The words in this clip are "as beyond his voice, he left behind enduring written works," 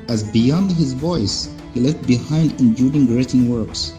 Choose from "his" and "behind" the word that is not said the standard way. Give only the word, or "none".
none